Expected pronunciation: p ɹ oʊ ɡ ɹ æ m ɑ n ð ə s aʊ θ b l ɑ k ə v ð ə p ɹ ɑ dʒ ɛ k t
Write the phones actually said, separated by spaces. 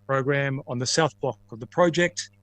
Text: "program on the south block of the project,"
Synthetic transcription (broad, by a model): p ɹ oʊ ɡ ɹ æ m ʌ n ð ə s aʊ θ b l ɑ k ə v ð ə p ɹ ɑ dʒ ɛ k t